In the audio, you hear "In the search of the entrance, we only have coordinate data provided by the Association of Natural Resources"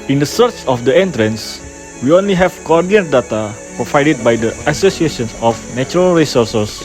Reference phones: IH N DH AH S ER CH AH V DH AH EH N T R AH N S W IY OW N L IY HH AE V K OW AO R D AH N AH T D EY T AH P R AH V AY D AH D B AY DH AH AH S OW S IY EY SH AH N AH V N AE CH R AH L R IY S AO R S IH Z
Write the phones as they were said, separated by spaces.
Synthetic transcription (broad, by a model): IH N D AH S ER CH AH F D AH EH N T R AH N S W IY OW N L IY HH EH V K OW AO R D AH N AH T D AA T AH P R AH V AY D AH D B AY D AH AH S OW S IY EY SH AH N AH F N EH CH R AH L R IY S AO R S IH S